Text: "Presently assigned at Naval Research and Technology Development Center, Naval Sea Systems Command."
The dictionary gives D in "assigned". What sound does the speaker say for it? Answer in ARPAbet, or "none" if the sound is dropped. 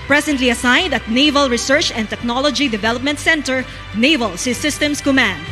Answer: D